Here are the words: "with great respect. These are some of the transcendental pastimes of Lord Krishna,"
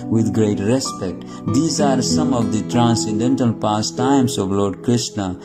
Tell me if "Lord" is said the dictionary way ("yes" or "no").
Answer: yes